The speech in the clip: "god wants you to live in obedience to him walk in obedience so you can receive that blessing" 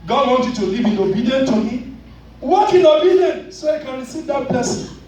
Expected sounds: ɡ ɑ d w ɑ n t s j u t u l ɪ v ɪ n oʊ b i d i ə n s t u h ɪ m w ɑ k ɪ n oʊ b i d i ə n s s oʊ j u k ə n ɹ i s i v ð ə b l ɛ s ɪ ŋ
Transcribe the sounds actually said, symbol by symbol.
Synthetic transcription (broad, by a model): ɡ ɑ d w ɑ n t j u t u l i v ɪ n oʊ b i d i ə n t u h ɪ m w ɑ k ɪ n oʊ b i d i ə n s s oʊ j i k ə n ɹ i s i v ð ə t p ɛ s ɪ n